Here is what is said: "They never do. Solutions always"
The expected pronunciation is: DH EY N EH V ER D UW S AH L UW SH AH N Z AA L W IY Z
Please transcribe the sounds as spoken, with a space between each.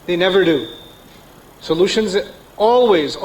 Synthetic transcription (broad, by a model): DH EY N EH V ER D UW S AH L UW SH AH N Z AA L W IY Z